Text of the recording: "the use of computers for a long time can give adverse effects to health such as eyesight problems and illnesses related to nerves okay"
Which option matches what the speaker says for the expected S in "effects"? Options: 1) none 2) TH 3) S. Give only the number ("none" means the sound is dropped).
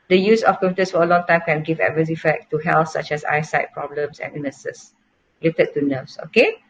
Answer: 1